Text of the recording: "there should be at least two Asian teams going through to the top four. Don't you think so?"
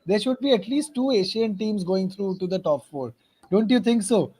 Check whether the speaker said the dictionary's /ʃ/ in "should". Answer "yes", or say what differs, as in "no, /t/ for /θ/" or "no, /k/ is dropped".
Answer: yes